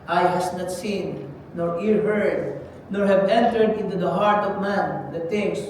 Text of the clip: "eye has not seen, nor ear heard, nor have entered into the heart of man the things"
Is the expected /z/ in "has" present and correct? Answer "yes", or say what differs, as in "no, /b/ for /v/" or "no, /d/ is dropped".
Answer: no, /s/ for /z/